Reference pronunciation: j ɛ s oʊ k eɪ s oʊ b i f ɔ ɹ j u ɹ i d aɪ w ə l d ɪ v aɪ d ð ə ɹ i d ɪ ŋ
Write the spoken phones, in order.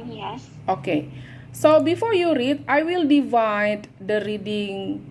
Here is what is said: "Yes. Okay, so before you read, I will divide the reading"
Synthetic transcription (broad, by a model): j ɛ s oʊ k eɪ s oʊ b i f ɔ ɹ j u ɹ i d aɪ w ə l d ɪ v aɪ d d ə ɹ i d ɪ ŋ